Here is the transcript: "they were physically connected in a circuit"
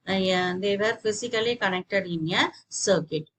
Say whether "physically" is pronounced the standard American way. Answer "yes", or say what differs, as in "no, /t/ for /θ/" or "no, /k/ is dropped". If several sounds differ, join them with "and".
no, /s/ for /z/